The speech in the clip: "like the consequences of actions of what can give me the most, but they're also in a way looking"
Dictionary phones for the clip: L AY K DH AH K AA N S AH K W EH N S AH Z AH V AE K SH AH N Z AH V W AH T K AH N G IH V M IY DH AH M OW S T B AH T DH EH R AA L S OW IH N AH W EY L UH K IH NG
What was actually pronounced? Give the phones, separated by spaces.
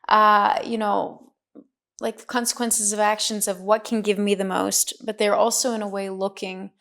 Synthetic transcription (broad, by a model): L AY K DH AH K AA N S AH K W EH N S AH Z AH V AE K SH AH N Z AH V W AH T K N G IH V M IY DH AH M OW S T B AH T DH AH R AA L S OW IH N AH W EY L UH K IH NG